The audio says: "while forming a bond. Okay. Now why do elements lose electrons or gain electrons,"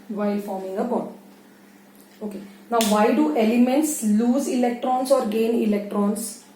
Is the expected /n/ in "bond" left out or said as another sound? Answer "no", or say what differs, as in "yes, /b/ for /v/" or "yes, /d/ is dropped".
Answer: yes, /n/ is dropped